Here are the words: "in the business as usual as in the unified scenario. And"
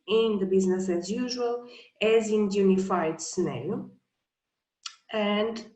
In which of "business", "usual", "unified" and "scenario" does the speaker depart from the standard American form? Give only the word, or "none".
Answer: scenario